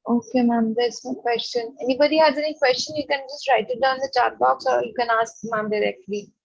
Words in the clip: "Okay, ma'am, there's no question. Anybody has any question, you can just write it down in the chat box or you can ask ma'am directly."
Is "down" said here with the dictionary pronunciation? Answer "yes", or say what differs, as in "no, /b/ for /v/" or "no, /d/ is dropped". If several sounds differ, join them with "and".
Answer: no, /n/ is dropped